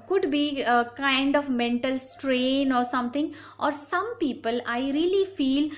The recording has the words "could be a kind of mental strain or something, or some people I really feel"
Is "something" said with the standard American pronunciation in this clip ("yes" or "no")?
no